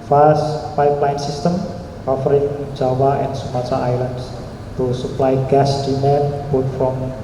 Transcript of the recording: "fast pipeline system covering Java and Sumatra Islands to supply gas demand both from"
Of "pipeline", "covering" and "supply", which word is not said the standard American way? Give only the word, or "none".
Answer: covering